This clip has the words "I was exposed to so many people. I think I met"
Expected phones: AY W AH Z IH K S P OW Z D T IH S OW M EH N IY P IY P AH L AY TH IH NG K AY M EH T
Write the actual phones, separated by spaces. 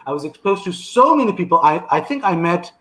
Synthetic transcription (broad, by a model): AY W AH Z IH K S P OW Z T IH S OW M EH N IY P IY P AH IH AY TH IH NG K AY M EH T